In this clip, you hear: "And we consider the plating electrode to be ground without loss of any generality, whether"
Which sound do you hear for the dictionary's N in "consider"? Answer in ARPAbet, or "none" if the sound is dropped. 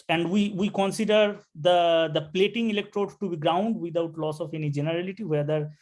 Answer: N